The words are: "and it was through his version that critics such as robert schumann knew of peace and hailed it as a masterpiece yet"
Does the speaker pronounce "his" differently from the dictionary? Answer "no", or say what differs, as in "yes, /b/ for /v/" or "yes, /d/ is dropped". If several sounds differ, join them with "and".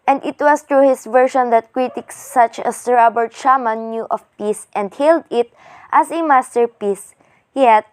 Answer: yes, /s/ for /z/